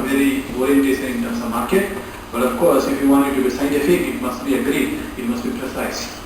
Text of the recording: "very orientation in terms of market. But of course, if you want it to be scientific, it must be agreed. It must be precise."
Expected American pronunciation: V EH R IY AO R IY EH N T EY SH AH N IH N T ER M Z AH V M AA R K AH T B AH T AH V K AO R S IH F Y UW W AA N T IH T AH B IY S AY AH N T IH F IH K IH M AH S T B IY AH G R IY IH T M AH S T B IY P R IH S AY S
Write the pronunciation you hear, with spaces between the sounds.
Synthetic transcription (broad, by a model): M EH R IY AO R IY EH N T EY S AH IH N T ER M S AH M AA R K AH T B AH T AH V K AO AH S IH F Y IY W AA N IH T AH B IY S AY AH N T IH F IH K IH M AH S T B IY AH G R IY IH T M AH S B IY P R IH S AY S